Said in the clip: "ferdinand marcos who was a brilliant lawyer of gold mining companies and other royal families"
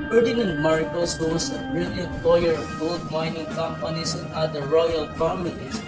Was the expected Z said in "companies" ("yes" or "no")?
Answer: no